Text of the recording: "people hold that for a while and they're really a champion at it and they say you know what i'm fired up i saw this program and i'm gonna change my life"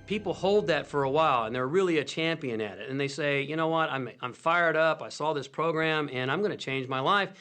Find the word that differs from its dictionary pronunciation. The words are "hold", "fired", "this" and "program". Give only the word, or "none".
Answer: none